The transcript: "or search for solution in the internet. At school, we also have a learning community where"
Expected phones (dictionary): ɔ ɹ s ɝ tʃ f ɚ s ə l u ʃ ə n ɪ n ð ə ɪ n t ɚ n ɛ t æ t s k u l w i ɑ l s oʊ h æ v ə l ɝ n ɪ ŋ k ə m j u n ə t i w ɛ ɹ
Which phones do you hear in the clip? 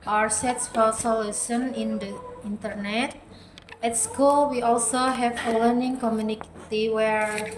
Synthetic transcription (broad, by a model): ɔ ɹ s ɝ s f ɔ s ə l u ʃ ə n ɪ n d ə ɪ n t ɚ n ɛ t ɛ t s k u l w i ɑ l s oʊ h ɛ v ə l ɝ n ɪ ŋ k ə m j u n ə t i w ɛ ɹ